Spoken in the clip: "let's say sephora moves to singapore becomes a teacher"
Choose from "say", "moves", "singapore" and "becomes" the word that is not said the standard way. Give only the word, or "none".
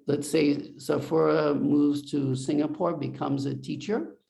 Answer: none